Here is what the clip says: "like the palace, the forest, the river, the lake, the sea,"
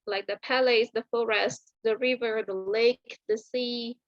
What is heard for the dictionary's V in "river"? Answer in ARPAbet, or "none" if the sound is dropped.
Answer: V